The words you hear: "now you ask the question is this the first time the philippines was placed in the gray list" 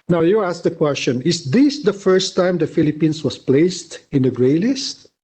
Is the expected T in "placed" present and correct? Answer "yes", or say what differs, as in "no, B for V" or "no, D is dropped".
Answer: yes